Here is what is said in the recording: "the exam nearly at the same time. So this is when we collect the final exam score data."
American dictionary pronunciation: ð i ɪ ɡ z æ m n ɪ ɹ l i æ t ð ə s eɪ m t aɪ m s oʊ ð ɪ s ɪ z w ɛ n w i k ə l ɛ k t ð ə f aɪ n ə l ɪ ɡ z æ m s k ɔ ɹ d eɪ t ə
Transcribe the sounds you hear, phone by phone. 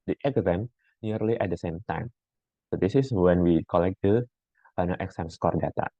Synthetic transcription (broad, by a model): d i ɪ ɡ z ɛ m n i ɹ l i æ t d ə s eɪ m t aɪ m s oʊ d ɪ s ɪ s w ɛ n w i k ə l ɛ k t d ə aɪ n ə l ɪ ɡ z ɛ m s k ɔ ɹ d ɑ t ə